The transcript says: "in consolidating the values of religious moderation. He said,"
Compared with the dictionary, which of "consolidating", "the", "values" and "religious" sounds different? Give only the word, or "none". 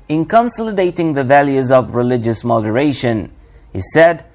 none